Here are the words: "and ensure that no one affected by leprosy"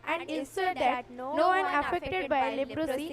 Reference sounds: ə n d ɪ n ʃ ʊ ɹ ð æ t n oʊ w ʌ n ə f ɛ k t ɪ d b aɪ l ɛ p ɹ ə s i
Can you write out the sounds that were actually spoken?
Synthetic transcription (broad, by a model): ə n d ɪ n s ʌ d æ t n oʊ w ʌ n ə f ɛ k t ɪ d b aɪ l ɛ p ɹ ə s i